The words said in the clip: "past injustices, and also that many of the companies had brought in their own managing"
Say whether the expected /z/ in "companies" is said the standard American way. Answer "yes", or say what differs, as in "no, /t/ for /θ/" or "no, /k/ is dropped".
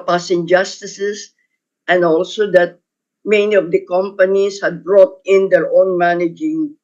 no, /s/ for /z/